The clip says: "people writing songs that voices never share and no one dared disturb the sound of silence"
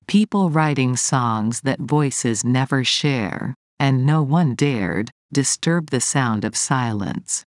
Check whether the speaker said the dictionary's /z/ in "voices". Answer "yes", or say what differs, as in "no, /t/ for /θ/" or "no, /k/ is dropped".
yes